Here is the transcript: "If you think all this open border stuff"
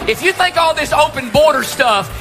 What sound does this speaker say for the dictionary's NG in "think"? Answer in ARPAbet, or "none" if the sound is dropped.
none